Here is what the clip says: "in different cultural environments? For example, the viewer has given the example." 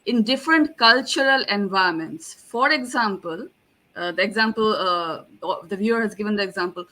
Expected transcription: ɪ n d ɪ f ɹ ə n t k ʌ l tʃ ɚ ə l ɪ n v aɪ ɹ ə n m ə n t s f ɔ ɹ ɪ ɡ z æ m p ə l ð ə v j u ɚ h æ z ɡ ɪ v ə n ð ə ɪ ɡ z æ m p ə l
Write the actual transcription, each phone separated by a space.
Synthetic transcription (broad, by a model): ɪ n d ɪ f ɹ ə n t k ʌ l tʃ ɚ ə l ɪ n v aɪ ə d m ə n t s f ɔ ɹ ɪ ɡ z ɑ m p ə l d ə v j u ɚ h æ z ɡ ɪ v ə n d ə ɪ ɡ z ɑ m p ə l